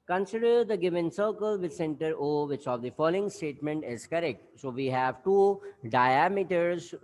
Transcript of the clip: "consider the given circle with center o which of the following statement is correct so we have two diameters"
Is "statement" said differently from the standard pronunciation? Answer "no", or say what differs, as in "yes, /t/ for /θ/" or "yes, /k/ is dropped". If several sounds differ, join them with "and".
no